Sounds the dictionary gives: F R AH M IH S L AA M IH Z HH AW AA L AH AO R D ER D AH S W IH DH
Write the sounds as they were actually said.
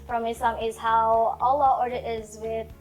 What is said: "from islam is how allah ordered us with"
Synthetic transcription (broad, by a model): F R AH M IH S AA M IH Z HH AW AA L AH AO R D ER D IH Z W IH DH